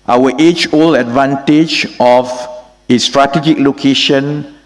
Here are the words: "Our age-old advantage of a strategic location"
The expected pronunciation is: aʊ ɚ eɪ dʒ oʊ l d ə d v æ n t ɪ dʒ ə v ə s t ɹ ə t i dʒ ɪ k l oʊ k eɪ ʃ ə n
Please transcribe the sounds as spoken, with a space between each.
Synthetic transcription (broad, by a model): aʊ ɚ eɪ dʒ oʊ l ə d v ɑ n t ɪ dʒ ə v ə s t ɹ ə t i dʒ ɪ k l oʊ k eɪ ʃ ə n